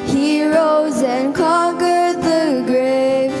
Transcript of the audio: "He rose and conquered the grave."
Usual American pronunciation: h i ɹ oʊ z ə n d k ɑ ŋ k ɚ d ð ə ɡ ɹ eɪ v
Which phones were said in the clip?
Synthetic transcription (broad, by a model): h i ɹ oʊ z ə n k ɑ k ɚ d ð ə ɡ ɹ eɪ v